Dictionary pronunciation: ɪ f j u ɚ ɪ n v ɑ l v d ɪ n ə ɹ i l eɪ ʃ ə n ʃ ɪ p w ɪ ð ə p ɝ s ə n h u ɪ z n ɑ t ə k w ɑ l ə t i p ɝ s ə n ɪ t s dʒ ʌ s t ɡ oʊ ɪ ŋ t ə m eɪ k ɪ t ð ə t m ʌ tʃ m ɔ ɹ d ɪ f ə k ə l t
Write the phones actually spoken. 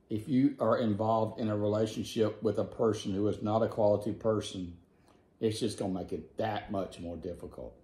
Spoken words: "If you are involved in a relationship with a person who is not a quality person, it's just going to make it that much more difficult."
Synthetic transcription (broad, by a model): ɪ f j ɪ ɚ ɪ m v ɑ l v d ɪ n ə ɹ i l eɪ ʃ ə n ʃ ɪ p w ɪ ð ə p ɝ s ə n h u ɪ z n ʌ t ə k w ɑ l ə t i p ɝ s ə n ɪ t s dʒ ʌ s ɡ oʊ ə m eɪ k ɪ t ð ə t m ʌ tʃ m ɔ ɹ d ɪ f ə k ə l t